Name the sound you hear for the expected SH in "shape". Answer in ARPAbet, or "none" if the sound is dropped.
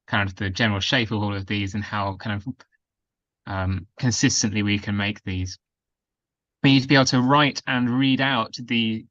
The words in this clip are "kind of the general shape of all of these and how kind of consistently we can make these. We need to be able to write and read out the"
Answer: SH